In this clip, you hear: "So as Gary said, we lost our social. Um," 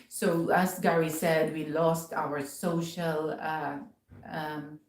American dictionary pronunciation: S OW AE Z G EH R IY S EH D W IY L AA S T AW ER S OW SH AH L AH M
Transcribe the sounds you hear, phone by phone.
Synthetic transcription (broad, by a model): S OW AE S G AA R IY S EH D W IY L AA S T AW ER S OW SH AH L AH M